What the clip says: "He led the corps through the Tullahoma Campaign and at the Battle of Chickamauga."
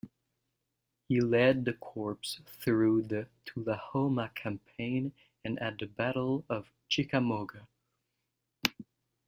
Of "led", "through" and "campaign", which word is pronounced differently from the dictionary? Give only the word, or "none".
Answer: none